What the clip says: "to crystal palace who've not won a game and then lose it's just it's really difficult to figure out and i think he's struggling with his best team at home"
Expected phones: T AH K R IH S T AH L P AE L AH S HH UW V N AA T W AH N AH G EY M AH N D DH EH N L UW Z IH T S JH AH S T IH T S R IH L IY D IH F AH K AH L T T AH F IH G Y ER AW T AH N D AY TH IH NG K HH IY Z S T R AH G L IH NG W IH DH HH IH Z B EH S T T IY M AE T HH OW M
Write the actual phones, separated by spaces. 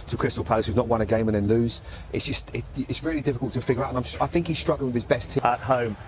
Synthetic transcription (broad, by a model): T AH K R IH S T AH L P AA AH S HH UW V N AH T W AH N AH G EY M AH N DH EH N L UW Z IH T S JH AH S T IH T S R IH L IY D IH F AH K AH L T T AH F IH G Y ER AW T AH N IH AY TH IH NG K HH IY Z S T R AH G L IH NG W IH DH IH Z B EH S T T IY AH T HH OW M